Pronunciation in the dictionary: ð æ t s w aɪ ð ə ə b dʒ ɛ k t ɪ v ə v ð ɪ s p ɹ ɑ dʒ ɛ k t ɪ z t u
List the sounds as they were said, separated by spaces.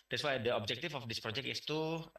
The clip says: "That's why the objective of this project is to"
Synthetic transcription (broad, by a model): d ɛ t s w aɪ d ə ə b dʒ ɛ k t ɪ f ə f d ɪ s p ɹ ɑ dʒ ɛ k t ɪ s t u